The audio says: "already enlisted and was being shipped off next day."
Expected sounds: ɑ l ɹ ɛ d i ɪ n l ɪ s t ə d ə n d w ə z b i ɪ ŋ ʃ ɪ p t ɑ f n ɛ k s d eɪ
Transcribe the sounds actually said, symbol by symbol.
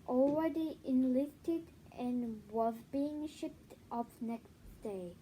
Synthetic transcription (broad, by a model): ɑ l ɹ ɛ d i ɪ n l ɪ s t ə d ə n w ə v b i ɪ ŋ ʃ ɪ p t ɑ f n ɛ k s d eɪ